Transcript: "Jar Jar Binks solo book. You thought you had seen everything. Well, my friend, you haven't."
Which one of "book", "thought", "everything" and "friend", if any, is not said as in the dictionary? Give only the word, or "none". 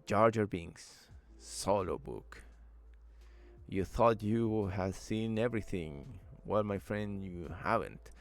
none